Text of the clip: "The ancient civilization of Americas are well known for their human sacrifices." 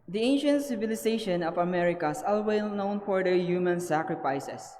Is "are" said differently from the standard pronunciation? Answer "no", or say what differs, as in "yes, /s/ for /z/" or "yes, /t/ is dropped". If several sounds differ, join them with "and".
yes, /l/ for /ɹ/